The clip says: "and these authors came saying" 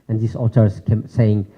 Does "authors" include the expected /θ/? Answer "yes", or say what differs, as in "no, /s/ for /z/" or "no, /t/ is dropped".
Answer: no, /t/ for /θ/